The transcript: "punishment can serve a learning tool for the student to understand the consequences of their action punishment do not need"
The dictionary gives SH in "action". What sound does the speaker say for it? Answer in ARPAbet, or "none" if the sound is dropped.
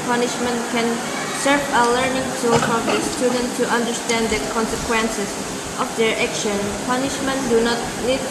SH